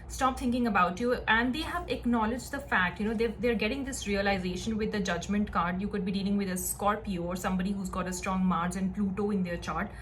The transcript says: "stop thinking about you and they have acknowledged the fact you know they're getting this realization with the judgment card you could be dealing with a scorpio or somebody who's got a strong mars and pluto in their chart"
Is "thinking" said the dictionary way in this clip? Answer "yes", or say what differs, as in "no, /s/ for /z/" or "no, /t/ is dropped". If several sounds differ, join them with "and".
no, /t/ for /θ/